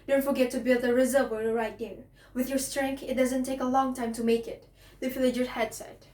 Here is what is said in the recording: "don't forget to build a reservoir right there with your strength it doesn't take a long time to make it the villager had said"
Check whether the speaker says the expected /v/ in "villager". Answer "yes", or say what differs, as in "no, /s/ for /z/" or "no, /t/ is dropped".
no, /f/ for /v/